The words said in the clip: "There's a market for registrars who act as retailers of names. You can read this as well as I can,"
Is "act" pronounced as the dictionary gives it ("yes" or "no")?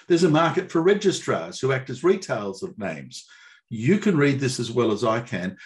yes